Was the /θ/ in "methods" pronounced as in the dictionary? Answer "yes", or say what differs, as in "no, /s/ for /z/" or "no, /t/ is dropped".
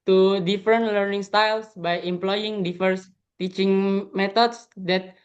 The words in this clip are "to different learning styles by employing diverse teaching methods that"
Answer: no, /t/ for /θ/